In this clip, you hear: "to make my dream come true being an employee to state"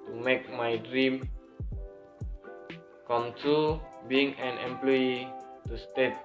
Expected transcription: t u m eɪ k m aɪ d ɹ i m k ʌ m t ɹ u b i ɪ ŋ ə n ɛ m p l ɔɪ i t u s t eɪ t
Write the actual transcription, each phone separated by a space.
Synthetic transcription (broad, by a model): t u m eɪ k m aɪ d ɹ i m k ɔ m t u b i ɪ ŋ ə n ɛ m p l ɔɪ i t u s t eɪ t